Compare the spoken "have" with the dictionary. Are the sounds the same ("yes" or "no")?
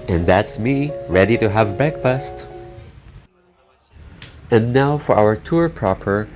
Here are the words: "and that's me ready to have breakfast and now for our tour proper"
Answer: yes